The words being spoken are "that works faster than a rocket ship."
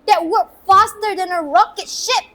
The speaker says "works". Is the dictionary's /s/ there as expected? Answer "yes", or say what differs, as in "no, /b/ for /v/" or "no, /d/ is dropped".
no, /s/ is dropped